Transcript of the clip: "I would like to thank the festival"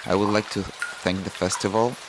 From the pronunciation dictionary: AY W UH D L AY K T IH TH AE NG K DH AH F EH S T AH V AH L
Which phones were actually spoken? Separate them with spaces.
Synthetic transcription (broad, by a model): AY W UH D L AY K T IH TH AE NG K DH AH F EH S T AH V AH L